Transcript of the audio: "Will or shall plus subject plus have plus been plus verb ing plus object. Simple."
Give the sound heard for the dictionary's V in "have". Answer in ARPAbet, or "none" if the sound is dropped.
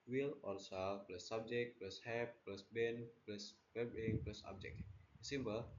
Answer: P